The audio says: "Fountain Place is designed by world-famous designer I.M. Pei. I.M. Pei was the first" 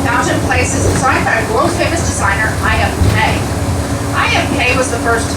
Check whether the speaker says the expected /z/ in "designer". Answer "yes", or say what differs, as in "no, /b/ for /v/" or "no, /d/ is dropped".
yes